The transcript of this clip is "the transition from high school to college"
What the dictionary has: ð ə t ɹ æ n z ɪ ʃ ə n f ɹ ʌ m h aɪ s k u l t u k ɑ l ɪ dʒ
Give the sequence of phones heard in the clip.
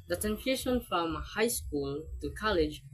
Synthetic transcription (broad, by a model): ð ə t æ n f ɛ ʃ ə n f ɹ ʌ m h aɪ s k u l t u k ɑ l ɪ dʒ